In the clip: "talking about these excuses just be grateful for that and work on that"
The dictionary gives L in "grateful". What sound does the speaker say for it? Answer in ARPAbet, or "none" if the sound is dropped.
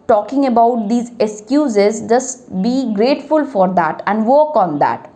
L